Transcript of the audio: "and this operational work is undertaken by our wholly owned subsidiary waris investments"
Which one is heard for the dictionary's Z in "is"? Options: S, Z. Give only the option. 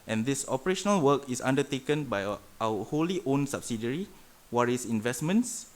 S